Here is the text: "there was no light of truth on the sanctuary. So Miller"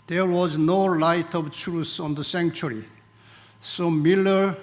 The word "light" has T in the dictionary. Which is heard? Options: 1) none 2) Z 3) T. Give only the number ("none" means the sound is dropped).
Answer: 3